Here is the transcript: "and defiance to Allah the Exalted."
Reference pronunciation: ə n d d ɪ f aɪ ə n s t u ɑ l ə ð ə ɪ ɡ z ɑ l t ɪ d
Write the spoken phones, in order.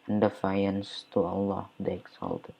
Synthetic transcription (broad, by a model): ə n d d ɪ f aɪ ə n s t u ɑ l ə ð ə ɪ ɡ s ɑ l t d